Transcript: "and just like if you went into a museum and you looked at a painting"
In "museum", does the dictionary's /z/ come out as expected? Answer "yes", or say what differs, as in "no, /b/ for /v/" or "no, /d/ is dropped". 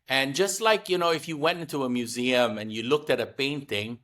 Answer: yes